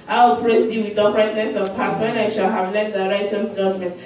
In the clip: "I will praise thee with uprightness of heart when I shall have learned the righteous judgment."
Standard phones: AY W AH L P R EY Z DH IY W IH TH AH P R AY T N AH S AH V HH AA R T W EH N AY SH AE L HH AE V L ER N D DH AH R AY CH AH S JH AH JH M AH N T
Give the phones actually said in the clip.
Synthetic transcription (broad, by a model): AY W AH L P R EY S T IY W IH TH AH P R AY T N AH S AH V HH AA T W EH N AY SH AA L HH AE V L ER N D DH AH R AY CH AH JH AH JH M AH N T